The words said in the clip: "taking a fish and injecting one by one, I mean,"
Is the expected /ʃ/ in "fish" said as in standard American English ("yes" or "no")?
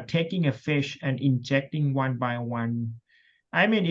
yes